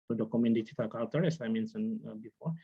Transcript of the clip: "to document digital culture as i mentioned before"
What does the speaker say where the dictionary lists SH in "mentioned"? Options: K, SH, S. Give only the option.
S